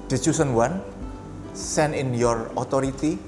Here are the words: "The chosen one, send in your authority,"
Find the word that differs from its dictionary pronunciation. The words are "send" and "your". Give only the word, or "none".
send